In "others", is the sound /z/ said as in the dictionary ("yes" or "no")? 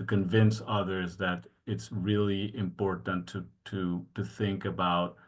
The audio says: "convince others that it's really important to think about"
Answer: yes